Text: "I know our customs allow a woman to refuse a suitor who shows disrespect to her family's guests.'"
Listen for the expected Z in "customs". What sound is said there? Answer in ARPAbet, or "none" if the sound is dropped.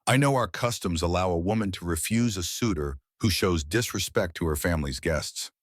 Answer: Z